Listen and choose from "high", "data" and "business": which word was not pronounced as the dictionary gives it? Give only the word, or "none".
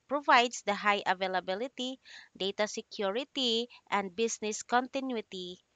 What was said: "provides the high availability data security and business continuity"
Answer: business